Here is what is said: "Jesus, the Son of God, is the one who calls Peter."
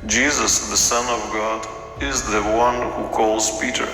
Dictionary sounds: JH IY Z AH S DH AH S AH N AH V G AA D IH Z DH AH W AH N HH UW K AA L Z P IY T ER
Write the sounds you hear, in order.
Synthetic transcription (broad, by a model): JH IY Z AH S DH AH S AH N AH V G AA D IH Z DH AH W AH N HH UW K AA L Z P IY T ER